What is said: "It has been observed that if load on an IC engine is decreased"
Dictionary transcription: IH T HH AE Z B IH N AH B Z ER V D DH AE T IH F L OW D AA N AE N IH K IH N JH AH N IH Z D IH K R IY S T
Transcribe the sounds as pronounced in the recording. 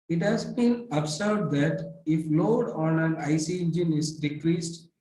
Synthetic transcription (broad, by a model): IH T HH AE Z B IH N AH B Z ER D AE T IH F L OW D AA N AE N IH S IH N JH AH N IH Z D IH K R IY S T